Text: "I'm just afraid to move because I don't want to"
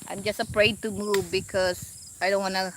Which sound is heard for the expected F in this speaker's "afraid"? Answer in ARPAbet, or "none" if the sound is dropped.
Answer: P